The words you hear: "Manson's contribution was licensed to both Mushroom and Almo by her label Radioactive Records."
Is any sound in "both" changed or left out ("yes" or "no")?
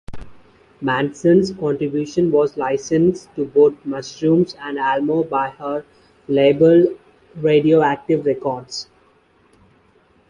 yes